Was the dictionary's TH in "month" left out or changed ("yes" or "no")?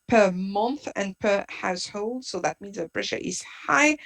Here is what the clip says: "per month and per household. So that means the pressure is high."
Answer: no